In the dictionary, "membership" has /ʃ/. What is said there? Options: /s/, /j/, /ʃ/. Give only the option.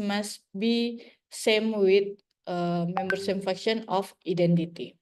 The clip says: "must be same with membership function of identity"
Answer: /s/